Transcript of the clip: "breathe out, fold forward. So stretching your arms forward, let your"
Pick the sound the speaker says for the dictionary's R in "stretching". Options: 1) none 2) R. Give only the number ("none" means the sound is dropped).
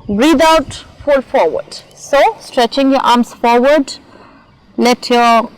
2